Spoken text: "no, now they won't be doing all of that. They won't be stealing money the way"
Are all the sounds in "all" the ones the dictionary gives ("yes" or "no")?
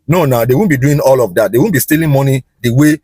yes